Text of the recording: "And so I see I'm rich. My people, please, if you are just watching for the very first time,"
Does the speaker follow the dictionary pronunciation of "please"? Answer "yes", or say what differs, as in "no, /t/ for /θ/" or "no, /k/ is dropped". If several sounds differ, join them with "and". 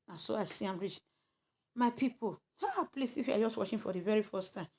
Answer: no, /s/ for /z/